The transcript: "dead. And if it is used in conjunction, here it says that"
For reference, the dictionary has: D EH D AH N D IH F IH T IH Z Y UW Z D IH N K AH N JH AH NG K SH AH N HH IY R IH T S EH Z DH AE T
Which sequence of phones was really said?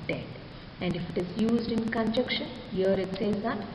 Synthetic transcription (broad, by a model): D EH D AH N D IH F IH T IH Z Y UW Z D IH N K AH N JH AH K SH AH N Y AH R IH T S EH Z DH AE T